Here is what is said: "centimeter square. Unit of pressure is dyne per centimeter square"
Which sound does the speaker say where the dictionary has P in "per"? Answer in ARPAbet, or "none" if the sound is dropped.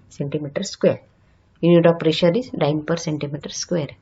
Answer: P